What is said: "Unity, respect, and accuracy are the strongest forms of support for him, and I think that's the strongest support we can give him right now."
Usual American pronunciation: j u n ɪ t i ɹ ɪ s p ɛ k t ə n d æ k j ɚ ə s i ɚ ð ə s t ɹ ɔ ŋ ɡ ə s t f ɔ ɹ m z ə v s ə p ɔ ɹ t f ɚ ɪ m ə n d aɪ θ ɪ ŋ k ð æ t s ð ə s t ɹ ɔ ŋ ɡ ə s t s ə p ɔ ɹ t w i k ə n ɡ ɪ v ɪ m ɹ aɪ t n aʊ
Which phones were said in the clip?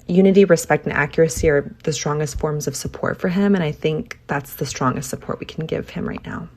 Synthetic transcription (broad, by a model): j u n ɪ t i ɹ ɪ s p ɛ k t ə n æ k j ɚ ə s i ɚ ð ə s t ɹ ɔ ŋ ɡ ə s t f ɔ ɹ m z ə v s ə p ɔ ɹ t f ɚ ɪ m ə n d aɪ θ ɪ ŋ k ð æ t s ð ə s t ɹ ɔ ŋ ɡ ə s t s ə p ɔ ɹ t w i k n ɡ ɪ v ɪ m ɹ aɪ t n aʊ